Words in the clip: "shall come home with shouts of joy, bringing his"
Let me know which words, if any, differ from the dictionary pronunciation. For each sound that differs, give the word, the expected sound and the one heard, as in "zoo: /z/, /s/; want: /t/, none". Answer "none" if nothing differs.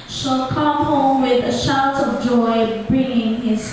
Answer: shouts: /s/, none